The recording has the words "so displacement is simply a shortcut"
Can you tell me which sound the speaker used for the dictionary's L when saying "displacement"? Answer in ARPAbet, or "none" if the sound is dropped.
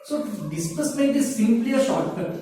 none